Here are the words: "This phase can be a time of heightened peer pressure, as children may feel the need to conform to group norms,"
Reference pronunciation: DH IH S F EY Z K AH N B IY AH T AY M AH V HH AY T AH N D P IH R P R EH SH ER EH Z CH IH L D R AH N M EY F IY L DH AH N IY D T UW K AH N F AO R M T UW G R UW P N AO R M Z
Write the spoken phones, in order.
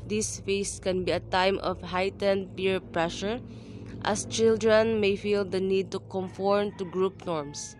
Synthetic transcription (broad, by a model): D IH S F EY S K AH N B IY AH T AY M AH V HH AY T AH N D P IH R P R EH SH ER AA S CH IH L D R AH N M EY F IY L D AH N IY D T UW K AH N F AO R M T UW G R UW P N AO R M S